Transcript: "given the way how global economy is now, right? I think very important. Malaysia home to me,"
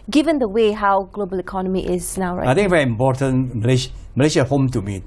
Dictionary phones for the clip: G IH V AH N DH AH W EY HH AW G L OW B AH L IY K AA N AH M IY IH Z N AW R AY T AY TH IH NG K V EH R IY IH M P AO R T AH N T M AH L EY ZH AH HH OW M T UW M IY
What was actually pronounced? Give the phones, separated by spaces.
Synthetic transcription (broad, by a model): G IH V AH N DH AH W EY HH AW G L OW B AH L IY K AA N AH M IY IH Z N AW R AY AY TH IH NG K V EH R IY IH M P AO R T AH N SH M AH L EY SH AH HH OW M T UW M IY